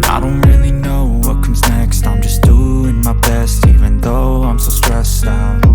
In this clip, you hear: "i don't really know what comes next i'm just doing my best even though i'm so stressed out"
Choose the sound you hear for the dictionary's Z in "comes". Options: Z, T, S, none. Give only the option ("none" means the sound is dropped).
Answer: Z